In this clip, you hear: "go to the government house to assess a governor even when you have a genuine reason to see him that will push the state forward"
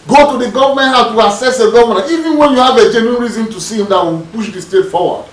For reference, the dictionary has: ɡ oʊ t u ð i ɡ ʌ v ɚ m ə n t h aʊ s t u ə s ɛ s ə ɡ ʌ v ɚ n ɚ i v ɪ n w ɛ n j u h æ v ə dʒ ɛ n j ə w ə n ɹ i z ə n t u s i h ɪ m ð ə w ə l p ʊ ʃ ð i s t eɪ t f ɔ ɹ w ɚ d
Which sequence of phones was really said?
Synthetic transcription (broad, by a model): ɡ oʊ t u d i ɡ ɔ v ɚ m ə n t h aʊ t u ə s ɛ s ə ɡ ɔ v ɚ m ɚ i v ɪ n w ɛ n j u h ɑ v ə dʒ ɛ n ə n ɹ i z ə n t u s i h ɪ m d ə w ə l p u ʃ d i s t eɪ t f ɔ w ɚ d